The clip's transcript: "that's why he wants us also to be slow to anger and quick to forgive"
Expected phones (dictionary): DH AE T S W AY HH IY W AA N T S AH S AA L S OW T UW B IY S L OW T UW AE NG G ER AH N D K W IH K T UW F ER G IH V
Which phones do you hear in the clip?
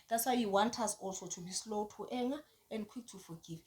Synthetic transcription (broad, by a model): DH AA T S W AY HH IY W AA N T AA S AA L S OW T UW B IY S L OW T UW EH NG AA AH N D K W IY K T UW F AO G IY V